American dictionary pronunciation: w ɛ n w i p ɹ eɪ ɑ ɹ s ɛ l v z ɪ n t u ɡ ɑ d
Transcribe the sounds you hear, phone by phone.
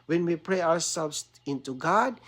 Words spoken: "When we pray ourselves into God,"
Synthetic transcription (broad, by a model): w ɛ n w i p ɹ eɪ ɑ w s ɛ l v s ɪ n t u ɡ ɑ d